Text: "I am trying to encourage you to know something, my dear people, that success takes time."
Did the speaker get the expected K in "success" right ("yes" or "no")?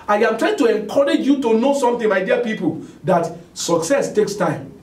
yes